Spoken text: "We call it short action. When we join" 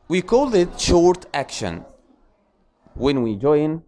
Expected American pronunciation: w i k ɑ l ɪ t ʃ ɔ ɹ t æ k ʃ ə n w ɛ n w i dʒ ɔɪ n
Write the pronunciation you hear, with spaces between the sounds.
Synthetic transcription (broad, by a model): w i k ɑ l ɪ t ʃ ɔ ɹ t æ k ʃ ə n w ɛ n w i dʒ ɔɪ n